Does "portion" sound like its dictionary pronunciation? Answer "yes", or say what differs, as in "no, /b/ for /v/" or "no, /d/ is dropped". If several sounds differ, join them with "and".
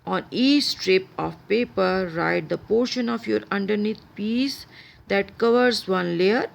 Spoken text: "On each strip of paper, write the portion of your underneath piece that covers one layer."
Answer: yes